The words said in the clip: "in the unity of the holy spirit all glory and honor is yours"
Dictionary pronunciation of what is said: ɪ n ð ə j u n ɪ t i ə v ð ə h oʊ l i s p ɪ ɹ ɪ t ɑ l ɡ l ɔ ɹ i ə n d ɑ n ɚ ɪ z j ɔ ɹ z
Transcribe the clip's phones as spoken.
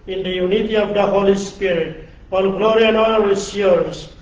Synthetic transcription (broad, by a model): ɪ n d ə j u n ɪ t i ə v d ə h oʊ l i s p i ɹ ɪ t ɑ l ɡ l ɔ ɹ i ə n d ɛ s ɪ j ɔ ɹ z